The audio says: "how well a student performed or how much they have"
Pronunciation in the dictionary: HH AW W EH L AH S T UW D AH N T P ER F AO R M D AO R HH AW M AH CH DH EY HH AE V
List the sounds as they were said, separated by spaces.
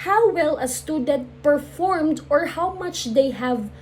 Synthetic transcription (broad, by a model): HH AW W EH L AH S T UW D AH N T P ER F AO R M D AO R HH AW M AH CH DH EY HH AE V